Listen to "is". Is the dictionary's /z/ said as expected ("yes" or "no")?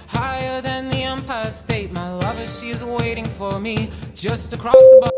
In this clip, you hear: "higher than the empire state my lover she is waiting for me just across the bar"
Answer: yes